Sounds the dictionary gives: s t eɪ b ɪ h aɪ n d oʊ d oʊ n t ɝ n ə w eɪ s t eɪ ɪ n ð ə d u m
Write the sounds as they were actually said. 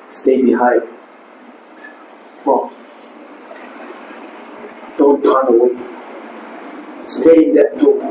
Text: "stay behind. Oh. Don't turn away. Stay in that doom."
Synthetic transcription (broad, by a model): s t eɪ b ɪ h aɪ d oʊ d oʊ n t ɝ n ə w eɪ s t eɪ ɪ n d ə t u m